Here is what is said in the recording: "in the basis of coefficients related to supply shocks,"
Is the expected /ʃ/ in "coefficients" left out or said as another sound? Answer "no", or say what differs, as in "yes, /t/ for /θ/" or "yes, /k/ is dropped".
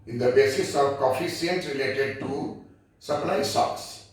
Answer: yes, /s/ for /ʃ/